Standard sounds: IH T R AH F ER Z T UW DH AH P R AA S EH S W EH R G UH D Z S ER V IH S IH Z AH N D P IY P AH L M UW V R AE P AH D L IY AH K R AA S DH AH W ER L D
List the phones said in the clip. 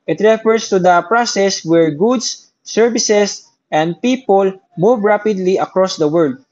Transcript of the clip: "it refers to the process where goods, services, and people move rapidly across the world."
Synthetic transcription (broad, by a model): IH T R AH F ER S T UW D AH P R AA S EH S W EH R G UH D S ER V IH S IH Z AH N D P IY P AH L M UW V R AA P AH D L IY AH K R AA S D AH W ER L D